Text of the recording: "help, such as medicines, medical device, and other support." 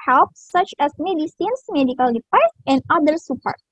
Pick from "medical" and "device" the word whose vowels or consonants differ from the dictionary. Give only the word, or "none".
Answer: device